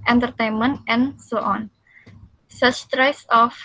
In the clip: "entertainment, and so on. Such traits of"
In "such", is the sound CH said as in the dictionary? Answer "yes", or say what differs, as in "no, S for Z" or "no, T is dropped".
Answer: no, S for CH